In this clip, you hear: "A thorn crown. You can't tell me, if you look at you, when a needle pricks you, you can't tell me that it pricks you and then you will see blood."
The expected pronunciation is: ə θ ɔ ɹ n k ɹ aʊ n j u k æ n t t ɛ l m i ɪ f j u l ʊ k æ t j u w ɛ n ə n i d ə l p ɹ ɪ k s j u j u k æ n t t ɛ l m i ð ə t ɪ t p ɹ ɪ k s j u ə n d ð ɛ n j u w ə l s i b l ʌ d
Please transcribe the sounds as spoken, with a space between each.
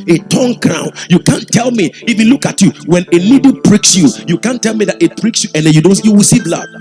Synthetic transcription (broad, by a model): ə t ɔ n k ɹ aʊ n j u k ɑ n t t ɛ l m i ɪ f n l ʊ k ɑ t j u w ɛ n ə l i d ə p ɹ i k s j u j u k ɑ n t t ɛ l m i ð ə t ɪ t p ɹ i k s j u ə n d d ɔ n j u w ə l s i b l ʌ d